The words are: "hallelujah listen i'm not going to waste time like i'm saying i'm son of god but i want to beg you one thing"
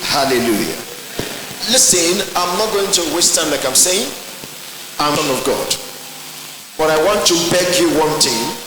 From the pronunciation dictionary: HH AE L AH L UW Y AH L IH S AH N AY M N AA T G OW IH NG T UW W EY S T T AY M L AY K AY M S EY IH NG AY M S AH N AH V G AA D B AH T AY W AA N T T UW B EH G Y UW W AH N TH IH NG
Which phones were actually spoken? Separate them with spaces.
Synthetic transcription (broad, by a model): HH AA L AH L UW Y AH L IH S AH N AY M N AA T G OW IH NG T UW W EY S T T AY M L AY K AY M S EY IH NG AY M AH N AH V G AA D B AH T AY W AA N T T UW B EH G Y UW W AH N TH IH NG